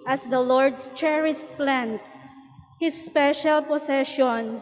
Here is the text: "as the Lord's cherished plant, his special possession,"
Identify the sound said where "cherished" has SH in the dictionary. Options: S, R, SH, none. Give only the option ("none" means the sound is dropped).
S